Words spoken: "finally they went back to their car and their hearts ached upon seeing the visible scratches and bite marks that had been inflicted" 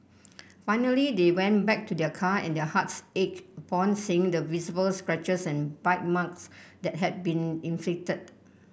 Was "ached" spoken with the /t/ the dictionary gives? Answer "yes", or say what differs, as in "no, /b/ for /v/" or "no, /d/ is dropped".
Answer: no, /t/ is dropped